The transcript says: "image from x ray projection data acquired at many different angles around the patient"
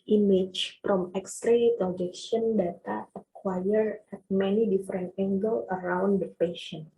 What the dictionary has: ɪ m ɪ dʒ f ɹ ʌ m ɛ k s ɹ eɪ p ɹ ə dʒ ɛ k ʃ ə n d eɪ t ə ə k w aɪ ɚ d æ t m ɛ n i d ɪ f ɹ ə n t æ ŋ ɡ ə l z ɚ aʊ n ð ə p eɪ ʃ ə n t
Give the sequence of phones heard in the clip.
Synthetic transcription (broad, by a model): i m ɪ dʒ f ɹ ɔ m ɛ k s ɹ eɪ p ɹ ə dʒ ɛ k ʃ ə n d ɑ t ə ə k w aɪ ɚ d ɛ t m ɛ n i d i f ɹ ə n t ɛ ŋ ɡ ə l ɚ aʊ n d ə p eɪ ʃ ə n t